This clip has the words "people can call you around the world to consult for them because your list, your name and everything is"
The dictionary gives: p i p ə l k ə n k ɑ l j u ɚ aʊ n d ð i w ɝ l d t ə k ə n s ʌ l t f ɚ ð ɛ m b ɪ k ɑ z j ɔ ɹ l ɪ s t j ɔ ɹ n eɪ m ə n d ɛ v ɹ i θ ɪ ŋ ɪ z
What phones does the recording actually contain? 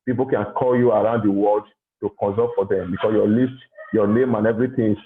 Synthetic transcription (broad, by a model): p i p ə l k ə n k ɑ l j u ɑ aʊ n d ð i w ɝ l d t ə k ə n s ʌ t f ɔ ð ɛ m b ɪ k ɑ s j ɔ l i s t j ɔ n eɪ m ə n ɛ v ɹ i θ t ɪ